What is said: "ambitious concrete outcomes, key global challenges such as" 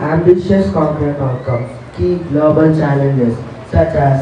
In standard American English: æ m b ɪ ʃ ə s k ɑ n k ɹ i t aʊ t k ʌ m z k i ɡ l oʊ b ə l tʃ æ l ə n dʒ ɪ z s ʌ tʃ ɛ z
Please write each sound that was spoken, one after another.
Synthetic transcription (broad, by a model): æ m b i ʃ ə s k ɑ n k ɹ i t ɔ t k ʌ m k i ɡ l oʊ b ə l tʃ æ l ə n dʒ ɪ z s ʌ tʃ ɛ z